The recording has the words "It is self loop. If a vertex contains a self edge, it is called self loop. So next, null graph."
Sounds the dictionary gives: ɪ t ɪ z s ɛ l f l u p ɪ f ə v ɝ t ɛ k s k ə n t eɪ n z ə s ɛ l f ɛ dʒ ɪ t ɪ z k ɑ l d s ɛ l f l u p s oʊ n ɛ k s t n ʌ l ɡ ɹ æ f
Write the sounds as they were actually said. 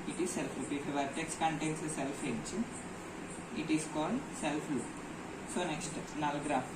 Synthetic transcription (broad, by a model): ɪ t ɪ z s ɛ l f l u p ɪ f ə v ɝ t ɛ k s k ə n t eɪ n s ə s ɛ l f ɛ tʃ ɪ t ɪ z k ɑ l d s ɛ l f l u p s oʊ n ɛ k s t n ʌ l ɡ ɹ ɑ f